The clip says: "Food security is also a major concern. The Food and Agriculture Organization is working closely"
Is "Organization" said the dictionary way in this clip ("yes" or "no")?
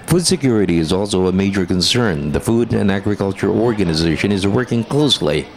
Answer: yes